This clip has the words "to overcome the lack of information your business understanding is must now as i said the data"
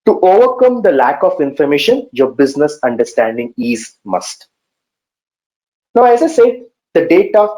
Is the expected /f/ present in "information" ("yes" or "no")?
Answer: yes